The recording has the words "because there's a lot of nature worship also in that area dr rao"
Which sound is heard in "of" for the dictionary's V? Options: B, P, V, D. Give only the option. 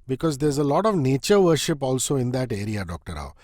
V